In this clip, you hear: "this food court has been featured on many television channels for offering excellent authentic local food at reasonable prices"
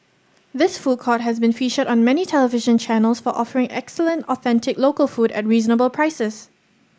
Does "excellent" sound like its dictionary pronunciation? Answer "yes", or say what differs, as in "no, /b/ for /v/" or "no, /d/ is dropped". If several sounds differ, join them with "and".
yes